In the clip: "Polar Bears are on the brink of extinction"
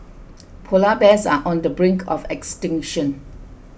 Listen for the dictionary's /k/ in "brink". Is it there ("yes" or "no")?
yes